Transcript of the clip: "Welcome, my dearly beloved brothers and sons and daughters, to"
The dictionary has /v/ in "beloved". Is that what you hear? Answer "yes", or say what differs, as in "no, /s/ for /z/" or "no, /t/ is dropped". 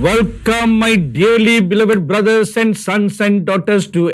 yes